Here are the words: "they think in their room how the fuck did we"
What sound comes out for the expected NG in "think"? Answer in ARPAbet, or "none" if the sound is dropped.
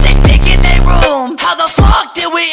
none